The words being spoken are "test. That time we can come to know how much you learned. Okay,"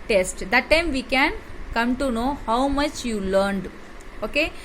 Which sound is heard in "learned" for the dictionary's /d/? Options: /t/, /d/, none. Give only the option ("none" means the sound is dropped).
/d/